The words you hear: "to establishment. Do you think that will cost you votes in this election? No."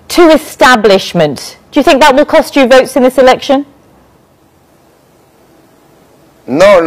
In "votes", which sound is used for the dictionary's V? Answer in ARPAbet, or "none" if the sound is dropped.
V